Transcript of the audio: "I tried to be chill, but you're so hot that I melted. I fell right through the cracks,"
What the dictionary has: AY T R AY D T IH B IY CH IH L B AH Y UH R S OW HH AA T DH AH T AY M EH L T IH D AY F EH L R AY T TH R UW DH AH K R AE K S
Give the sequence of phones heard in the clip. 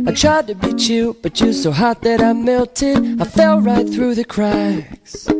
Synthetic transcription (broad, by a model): AY T R AY D T IH B IY CH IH B AH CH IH S OW HH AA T DH AH T AY M EH L T IH D AY F EH L R AY T TH R UW DH AH K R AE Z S